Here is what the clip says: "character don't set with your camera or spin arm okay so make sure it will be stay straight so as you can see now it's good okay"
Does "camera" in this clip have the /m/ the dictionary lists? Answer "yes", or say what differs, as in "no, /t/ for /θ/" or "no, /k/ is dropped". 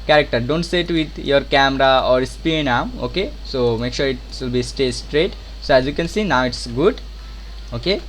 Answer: yes